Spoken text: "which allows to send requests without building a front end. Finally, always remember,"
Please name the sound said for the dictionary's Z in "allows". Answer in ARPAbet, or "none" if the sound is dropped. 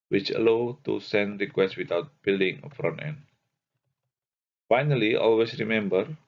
none